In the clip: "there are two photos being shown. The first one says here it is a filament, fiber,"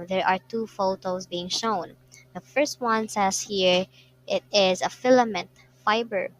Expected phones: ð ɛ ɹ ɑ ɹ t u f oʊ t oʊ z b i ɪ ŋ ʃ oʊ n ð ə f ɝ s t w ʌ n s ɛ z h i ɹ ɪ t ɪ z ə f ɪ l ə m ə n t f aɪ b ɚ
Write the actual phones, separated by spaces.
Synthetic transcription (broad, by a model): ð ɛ ɹ ɑ ɹ t u f oʊ t oʊ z b i ɪ ŋ ʃ oʊ n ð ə f ɝ s t w ʌ n s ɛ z h i ɹ ɪ t ɪ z ə f ɪ l ə m ə n t f aɪ b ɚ